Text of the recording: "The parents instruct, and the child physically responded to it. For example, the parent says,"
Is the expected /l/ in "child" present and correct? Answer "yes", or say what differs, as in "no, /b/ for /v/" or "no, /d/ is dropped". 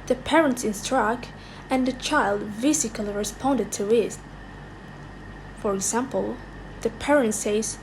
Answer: yes